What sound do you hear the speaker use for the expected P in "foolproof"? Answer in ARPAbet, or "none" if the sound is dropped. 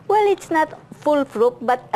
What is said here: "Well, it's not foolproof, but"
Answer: F